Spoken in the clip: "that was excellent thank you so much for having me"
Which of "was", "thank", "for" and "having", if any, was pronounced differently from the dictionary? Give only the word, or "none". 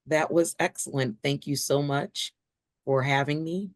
none